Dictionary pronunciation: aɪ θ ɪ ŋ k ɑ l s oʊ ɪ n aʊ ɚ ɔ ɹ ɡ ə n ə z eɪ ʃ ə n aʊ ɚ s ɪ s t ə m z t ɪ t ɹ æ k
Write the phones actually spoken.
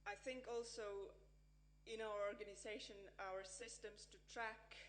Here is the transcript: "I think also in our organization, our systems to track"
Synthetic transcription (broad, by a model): aɪ θ ɪ ŋ k ɑ l s oʊ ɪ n aʊ ɚ ɔ ɹ ɡ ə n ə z eɪ ʃ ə n aʊ ɚ s ɪ s t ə m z t ɪ t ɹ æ k